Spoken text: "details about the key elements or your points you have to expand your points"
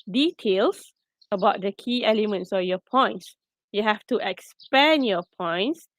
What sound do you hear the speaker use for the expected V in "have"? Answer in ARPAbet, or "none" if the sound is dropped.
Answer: F